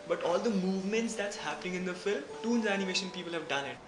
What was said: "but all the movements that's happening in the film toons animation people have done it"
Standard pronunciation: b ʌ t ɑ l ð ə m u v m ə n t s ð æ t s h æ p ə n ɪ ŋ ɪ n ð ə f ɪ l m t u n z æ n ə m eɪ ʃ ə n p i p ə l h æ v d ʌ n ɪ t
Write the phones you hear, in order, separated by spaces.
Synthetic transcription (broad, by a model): b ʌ t ɑ l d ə m u v m ə n t s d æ t s h æ p ə n ɪ ŋ ɪ n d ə f ɪ l m t u n z æ n ə m eɪ ʃ ə n p i p ə l h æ v d ʌ n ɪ t